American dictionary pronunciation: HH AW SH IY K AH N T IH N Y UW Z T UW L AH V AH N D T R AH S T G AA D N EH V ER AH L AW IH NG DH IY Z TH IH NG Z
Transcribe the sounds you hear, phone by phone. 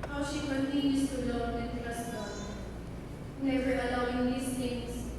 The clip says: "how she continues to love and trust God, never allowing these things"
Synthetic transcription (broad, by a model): HH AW SH IY K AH N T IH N Y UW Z T UW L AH AH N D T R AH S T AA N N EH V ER AH L AW IH NG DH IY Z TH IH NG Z